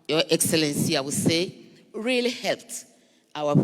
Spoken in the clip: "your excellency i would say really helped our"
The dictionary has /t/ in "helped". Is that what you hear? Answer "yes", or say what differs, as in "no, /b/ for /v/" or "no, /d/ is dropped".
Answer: yes